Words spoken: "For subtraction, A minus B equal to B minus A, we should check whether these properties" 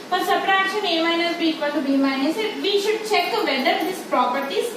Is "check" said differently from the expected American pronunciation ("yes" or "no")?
no